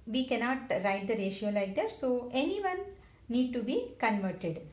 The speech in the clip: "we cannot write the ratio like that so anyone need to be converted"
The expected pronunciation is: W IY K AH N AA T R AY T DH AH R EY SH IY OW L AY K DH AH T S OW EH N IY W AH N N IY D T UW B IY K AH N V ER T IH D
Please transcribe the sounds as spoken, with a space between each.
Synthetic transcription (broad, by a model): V IY K AH N AA T R AY T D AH R EY SH IY OW L AY K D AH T S OW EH N IY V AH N N IY D T UW B IY K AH N V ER T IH D